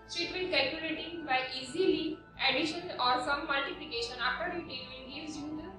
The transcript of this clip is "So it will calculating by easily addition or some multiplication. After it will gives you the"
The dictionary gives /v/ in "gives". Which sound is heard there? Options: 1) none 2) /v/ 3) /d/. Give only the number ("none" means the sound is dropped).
1